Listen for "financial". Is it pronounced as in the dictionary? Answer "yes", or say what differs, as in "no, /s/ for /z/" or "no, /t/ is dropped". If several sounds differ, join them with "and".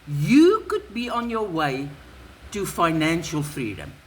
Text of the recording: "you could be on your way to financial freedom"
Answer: yes